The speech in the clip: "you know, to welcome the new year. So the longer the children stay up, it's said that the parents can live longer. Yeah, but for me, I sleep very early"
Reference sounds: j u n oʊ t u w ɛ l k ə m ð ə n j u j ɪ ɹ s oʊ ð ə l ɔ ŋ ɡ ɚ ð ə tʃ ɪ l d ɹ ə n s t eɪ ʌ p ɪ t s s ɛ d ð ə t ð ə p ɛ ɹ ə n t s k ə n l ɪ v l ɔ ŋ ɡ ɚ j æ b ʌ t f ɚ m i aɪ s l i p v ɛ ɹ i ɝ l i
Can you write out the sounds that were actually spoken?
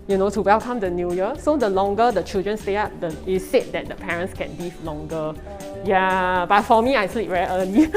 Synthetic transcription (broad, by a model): j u n oʊ t u w ɛ l k ə m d ə n j u j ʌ s oʊ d ə l ɔ ŋ ɡ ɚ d ə tʃ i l d ɹ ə n s t eɪ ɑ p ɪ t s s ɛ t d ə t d ə p ɛ ɹ ə n t s k ə n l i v l ɔ ŋ ɡ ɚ j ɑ b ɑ t f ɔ m i aɪ s l i p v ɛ i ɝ l i